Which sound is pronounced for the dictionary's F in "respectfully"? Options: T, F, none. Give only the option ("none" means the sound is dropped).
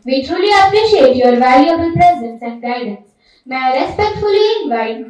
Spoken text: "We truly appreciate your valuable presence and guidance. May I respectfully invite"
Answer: F